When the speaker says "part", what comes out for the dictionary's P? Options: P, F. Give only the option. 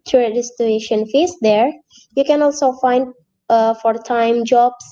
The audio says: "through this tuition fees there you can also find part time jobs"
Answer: F